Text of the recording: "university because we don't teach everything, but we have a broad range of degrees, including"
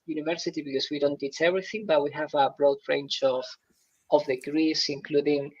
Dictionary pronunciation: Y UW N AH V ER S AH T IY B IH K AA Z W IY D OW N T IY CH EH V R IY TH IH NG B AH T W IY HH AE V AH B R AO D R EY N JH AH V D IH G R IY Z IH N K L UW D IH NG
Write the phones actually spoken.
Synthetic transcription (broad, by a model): Y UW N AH V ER S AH T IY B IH K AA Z W IY D OW N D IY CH EH V R IY TH IH NG B AH T W IY HH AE V AH B R AO D R EY N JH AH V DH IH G R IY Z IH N K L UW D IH NG